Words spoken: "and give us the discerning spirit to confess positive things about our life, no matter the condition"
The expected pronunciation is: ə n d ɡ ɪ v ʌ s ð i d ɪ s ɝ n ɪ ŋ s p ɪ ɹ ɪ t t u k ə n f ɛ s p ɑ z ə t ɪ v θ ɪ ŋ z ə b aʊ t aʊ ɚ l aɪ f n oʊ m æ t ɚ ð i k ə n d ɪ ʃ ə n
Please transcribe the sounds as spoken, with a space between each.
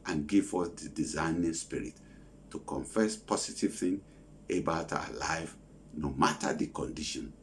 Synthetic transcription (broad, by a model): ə n ɡ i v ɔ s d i d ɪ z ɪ n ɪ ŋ s p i ɹ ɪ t t u k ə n f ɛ s p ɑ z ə t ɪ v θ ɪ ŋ ə b aʊ t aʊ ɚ l aɪ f n oʊ m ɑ t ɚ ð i k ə n d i ʃ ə n